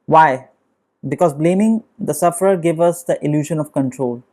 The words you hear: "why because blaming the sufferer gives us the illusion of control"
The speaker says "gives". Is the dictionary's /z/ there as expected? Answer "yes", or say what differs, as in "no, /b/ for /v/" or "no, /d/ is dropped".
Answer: no, /z/ is dropped